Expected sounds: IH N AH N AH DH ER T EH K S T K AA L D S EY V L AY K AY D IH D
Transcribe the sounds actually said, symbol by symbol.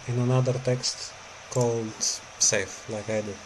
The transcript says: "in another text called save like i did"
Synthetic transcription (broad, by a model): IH N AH N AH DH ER T EH K S T K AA L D S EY F L AY K AY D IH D